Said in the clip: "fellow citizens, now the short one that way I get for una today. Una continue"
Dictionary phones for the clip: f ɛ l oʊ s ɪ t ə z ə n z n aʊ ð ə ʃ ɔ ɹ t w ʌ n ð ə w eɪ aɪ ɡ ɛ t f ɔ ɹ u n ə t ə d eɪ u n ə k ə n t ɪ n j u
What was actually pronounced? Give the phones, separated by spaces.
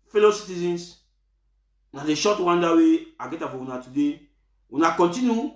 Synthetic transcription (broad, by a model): f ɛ l oʊ s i t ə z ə n s n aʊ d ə ʃ ɔ t w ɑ n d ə w eɪ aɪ ɡ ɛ t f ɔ w u n ə t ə d eɪ u n ə k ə n t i n j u